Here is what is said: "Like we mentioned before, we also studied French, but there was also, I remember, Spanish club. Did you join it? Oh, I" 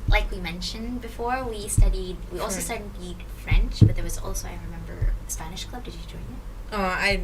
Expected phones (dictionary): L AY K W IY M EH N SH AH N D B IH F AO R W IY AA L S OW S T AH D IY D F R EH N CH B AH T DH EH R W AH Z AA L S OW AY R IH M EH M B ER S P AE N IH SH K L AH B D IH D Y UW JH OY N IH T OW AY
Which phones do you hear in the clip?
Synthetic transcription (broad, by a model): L AY K W IY M EH N SH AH N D B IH F AO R W IY AA L S OW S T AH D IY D F R EH N CH B AH T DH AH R W AH Z AA L S OW AY R IH M EH M B ER S P AE N IH SH K L AH B D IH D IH JH OY N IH T OW AY